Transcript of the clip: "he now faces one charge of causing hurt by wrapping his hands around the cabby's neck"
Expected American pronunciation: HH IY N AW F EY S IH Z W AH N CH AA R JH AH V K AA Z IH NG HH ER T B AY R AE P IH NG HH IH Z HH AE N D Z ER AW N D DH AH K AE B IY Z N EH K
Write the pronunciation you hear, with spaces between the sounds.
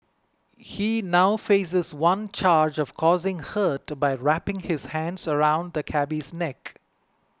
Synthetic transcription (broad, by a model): HH IY N AW F EY S IH Z W AH N CH AA R JH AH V K AA Z IH NG HH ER T B AY R AE P IH NG HH IH Z HH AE N D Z ER AW N D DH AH K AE B IY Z N EH K